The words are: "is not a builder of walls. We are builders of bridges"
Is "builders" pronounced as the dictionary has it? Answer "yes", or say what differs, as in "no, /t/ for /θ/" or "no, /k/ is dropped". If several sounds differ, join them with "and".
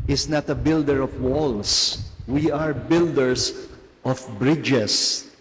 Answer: no, /s/ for /z/